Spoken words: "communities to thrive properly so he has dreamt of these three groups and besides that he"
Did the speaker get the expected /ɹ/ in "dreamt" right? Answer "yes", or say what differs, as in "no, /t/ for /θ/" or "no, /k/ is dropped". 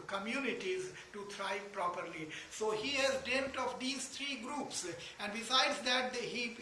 no, /ɹ/ is dropped